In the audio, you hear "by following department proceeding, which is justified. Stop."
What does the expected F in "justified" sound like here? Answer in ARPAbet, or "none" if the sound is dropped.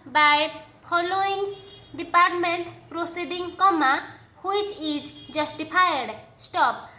P